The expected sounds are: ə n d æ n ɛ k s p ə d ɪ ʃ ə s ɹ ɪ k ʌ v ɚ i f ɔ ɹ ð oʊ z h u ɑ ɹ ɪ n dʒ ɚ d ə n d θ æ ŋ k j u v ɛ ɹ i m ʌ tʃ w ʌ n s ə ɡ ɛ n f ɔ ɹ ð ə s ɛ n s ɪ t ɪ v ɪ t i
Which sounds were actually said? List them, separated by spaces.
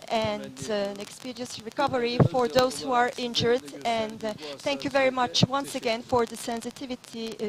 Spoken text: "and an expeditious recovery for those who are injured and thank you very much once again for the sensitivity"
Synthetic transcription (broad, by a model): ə n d æ n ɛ k s p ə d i ə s ɹ ɪ k ʌ v ɚ i f ɔ ɹ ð oʊ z h u ɑ ɹ ɪ n dʒ ɚ d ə n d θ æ ŋ k j u v ɛ ɹ i m ʌ tʃ w ʌ n s ə ɡ ɛ n f ɔ ɹ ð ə s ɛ n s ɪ t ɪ v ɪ t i